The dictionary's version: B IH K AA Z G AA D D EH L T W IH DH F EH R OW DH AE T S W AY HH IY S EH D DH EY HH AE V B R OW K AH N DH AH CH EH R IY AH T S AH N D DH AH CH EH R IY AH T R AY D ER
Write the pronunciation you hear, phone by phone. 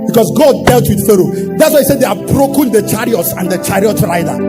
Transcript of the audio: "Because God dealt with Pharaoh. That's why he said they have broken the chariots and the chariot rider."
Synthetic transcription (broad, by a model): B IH K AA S G AA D D EH L T W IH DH F EH R OW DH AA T S W AY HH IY S EH D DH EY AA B R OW K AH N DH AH CH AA R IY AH T S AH N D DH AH CH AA R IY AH T R AY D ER